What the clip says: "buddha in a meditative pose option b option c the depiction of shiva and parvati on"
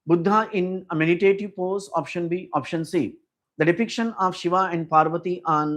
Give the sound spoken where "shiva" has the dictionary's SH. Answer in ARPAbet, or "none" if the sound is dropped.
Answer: SH